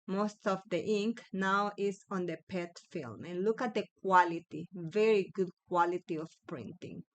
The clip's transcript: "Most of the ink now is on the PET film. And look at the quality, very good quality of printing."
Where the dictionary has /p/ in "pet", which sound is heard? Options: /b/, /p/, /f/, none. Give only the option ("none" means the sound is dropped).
/p/